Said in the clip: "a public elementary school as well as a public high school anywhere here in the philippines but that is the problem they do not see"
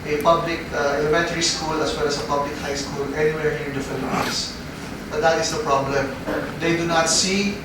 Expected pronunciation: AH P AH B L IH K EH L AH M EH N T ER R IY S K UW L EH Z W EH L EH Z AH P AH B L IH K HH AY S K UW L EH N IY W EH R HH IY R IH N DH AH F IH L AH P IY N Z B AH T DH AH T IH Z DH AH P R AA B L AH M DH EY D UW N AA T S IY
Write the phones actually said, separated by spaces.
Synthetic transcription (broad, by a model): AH P AH B L IH K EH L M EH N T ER R IY S K UW L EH S W EH L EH S AH P AH B L IH K HH AY S K UW L EH N IY W EH R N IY IH N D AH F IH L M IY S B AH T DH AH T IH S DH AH P R AA B L AH M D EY D UW N AA T S IY